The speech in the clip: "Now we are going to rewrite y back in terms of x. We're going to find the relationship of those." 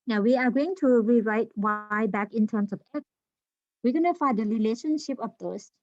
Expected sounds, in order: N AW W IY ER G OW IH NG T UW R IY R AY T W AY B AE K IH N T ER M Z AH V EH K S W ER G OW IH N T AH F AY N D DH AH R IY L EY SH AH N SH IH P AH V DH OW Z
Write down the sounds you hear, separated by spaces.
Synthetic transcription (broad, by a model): N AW W IY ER G OW IH NG T UW R IY R AY T W AY B AE K IH N T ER M S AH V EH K W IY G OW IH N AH F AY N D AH R IY L EY SH AH N SH IH P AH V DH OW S